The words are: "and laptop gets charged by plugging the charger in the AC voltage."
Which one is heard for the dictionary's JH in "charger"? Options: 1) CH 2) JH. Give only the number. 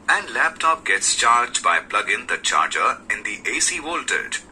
2